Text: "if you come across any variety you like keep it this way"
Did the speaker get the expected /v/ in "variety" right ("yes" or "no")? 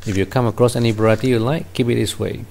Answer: no